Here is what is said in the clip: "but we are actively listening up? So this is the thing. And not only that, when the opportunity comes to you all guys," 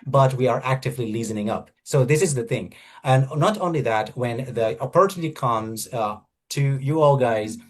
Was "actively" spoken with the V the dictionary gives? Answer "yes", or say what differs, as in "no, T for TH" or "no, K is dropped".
yes